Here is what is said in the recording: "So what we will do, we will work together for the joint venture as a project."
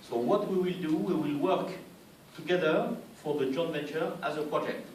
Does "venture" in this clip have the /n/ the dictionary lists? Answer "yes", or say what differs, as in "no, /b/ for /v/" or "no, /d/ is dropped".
no, /n/ is dropped